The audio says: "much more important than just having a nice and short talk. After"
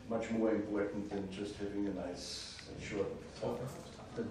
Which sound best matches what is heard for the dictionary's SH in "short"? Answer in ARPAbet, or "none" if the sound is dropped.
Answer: SH